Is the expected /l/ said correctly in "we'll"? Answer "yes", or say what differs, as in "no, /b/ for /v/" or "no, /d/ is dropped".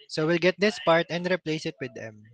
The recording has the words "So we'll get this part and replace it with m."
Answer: yes